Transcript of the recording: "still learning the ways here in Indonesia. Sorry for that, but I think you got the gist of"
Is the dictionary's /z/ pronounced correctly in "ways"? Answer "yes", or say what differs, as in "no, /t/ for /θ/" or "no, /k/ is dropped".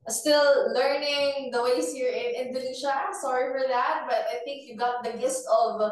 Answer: no, /s/ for /z/